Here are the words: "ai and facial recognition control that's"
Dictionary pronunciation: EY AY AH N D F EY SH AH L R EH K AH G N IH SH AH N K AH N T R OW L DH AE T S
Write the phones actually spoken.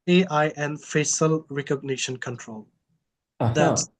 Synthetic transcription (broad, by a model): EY AY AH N F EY S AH L R EH K AH G N IH SH AH N K AH N T R OW L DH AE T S